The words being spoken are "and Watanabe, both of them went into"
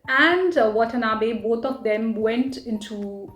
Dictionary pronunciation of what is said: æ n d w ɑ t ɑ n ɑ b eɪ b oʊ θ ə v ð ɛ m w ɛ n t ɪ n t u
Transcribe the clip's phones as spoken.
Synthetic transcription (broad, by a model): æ n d w ɑ t ɑ n ɑ b eɪ b oʊ t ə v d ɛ m w ɛ n t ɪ n t u